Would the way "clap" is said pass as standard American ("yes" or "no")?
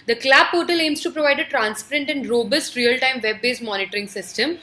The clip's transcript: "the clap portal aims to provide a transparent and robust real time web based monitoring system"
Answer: no